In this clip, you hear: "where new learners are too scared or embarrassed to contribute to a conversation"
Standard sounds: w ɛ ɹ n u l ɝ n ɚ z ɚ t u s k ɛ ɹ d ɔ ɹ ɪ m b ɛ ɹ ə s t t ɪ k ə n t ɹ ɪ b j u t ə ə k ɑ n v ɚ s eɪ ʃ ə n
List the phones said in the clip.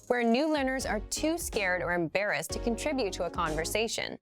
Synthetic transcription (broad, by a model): w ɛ ɹ n u l ɝ n ɚ z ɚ t u s k ɛ ɹ d ɔ ɹ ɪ m b ɛ ɹ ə s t t ɪ k ə n t ɹ ɪ b j u t ə ə k ɑ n v ɚ s eɪ ʃ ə n